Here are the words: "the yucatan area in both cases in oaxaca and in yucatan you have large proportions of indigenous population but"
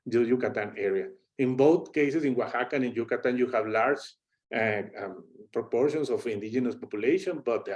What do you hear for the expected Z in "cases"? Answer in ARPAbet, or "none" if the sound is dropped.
S